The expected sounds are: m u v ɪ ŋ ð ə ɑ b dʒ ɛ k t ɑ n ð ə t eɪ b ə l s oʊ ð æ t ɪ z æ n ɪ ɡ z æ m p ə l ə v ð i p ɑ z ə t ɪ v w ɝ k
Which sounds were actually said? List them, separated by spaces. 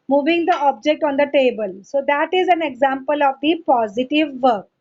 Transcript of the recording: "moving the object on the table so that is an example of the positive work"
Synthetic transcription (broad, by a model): m u v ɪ ŋ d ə ɑ b dʒ ɛ k t ɑ n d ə t eɪ b ə l s oʊ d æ t ɪ z æ n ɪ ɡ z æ m p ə l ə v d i p ɑ z ə t ɪ v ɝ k